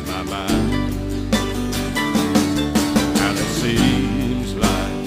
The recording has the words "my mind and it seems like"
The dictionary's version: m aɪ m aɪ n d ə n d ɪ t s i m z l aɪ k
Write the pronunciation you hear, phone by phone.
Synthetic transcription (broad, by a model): m aɪ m aɪ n ə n ɪ t s i m z l aɪ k